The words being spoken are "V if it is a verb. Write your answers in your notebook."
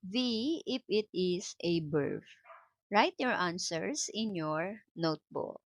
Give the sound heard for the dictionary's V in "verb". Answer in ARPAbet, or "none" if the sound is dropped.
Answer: B